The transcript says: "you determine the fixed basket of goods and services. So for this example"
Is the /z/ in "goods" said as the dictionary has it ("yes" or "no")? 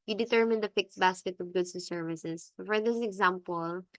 no